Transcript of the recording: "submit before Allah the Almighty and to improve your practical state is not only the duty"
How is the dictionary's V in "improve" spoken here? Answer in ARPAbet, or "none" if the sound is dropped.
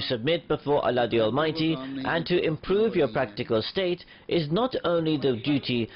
V